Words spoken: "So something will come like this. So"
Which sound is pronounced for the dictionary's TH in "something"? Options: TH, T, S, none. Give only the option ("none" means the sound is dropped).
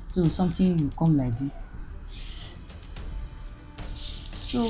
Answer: T